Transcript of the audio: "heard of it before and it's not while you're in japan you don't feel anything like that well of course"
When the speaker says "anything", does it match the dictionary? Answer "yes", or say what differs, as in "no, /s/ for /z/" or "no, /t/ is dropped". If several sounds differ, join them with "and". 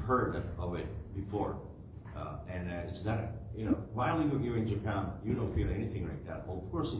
yes